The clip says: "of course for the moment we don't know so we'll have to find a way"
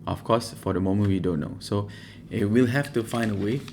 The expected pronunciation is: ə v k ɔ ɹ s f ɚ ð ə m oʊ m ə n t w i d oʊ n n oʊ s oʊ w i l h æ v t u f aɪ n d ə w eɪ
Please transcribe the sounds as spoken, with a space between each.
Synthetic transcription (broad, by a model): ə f k ɔ s f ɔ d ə m oʊ m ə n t w i d oʊ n n oʊ s oʊ w i l h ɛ f t u f aɪ n d ə w eɪ